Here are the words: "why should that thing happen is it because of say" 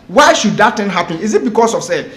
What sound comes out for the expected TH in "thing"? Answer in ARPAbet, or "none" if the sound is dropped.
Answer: T